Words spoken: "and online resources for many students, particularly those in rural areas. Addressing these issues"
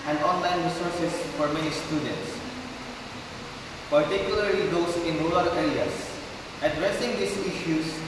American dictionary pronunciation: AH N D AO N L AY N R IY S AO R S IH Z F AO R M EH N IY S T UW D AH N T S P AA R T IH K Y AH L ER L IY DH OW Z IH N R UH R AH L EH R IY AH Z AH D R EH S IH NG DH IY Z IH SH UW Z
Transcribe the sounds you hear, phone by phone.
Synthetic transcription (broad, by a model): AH N D AO N L AY N R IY S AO R S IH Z F AO R M EH N IY S T UW D AH N T S P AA R T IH K Y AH L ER L IY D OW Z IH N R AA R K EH R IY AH S AH D R EH S IH NG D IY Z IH SH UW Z